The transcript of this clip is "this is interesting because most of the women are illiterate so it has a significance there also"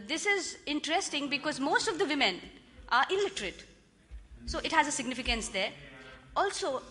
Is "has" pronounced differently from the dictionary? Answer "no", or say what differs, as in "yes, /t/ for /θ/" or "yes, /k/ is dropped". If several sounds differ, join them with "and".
no